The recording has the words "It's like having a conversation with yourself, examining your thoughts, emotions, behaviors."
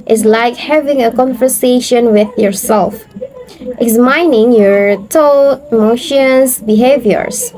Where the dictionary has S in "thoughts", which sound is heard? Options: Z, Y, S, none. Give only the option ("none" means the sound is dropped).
none